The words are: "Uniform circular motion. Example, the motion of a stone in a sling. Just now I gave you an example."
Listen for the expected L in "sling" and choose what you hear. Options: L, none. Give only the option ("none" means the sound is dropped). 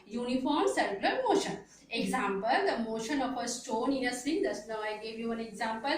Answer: none